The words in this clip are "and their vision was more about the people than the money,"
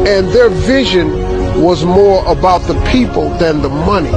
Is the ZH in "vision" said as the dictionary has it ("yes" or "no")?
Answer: yes